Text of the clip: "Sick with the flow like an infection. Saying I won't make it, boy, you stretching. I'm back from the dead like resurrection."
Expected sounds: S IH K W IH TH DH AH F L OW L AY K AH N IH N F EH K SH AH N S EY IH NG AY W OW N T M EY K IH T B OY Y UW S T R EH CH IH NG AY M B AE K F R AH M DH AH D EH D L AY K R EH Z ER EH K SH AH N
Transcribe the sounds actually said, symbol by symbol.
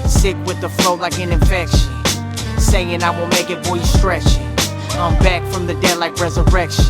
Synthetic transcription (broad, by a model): S IH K W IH DH AH F L OW L AY K AH N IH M F EH K SH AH N S EY IH NG AY W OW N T M EY K IH T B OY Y S T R EH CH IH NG AY M B AE K F R AH M DH AH D EH D L AY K R EH Z ER EH K SH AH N